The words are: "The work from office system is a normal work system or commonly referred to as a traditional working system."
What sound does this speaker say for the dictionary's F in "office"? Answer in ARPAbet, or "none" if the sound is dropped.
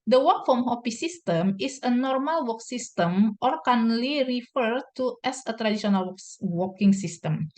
P